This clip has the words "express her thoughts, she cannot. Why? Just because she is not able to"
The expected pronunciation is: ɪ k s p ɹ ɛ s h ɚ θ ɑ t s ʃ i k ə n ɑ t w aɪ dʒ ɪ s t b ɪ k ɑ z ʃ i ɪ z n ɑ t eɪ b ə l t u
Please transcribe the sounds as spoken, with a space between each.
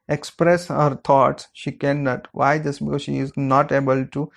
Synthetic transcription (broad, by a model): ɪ k s p ɹ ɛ s h ɚ t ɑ t s ʃ i k ə n ɑ t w aɪ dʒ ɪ s b ɪ k ɑ z ʃ i ɪ z n ɑ t eɪ b ə l t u